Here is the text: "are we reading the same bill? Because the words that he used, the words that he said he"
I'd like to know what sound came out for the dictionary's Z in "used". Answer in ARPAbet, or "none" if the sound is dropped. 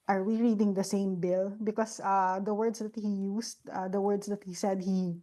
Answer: S